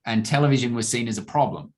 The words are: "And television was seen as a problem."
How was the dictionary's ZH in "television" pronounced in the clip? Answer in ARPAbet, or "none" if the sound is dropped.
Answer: ZH